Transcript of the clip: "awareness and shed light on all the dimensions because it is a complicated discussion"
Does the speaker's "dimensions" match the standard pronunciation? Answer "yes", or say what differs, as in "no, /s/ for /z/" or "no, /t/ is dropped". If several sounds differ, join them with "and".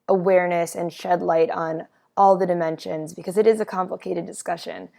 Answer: yes